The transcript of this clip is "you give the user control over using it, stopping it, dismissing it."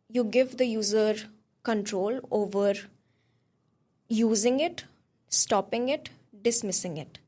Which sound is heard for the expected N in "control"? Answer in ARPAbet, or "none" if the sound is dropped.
N